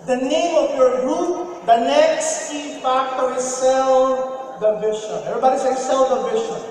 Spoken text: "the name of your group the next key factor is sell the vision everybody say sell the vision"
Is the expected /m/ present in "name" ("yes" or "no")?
yes